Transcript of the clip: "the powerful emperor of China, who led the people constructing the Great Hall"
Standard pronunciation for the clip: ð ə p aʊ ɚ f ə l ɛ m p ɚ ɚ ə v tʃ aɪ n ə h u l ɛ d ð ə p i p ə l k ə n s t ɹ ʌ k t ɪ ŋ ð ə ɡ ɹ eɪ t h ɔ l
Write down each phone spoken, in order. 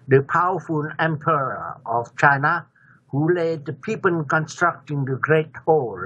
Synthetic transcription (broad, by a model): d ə p aʊ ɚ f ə n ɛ m p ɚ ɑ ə f tʃ aɪ n ə h u l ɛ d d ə p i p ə n k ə n s t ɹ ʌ k t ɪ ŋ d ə ɡ ɹ eɪ t h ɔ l